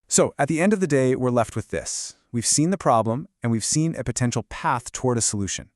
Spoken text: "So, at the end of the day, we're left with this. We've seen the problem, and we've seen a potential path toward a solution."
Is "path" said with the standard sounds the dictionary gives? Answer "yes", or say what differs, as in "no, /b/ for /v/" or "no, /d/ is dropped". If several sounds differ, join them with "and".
yes